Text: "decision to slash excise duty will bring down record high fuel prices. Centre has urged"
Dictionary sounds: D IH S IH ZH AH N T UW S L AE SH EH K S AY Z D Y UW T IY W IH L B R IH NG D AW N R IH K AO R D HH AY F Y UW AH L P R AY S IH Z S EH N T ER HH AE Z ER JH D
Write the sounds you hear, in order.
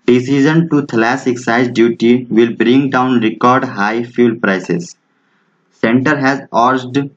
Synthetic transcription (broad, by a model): D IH S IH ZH AH N T UW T L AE S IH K S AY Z D Y UW T IY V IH L B R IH NG D AW N R IH K AO R D HH AY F Y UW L P R AY S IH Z S EH N T ER HH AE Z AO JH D